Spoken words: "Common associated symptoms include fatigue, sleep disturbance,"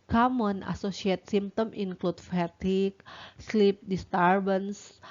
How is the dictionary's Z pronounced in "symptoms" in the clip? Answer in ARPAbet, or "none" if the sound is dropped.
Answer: none